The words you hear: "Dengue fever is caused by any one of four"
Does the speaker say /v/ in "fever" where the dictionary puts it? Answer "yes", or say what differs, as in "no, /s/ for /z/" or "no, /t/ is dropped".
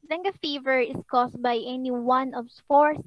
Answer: yes